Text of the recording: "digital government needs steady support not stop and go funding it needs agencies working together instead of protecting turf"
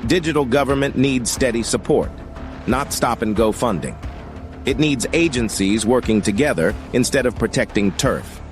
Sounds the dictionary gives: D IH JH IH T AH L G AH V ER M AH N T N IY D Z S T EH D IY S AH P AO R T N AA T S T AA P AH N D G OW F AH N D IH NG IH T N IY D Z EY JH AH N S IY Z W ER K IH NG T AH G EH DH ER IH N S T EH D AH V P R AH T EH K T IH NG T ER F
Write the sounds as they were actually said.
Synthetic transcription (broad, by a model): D IH JH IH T L G AH V ER M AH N N IY D Z S T EH D IY S AH P AO R T N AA T S T AA P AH N G OW F AH N D IH NG IH T N IY D Z EY JH AH N S IY Z W ER K IH NG T AH G EH DH ER IH N S T EH D AH V P R AH T EH K T IH NG T ER F